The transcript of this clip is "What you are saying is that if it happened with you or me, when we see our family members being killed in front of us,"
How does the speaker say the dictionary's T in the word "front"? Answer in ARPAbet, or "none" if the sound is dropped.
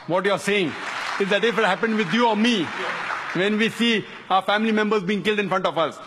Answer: T